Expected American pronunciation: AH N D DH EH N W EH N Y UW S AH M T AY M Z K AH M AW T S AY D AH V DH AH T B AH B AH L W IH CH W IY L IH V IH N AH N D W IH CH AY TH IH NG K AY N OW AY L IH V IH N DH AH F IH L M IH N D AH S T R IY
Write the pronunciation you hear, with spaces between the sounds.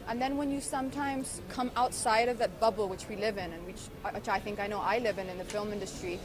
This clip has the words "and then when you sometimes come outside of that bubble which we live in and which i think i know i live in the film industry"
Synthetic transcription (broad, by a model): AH N DH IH N W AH N Y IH S AH M T AY M Z K AH M AW T S AY D AH V DH AH T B AH B L W IH CH W IY L IH V IH N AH N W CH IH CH AY TH IH NG K AY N OW AY L IH V IH N DH AH F IH L M IH N D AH S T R IY